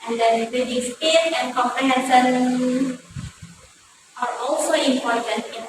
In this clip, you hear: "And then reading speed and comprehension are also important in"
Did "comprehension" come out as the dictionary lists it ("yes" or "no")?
no